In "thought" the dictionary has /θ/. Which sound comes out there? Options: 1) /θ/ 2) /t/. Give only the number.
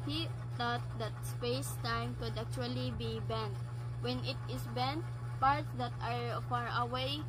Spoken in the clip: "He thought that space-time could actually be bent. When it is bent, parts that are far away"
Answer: 2